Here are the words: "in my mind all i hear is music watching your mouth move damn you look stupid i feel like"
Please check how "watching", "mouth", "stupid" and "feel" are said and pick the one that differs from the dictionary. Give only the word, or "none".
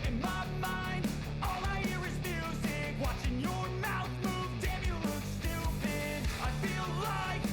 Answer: stupid